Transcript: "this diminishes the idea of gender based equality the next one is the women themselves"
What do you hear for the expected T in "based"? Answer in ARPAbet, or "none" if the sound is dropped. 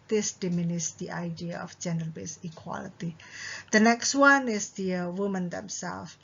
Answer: none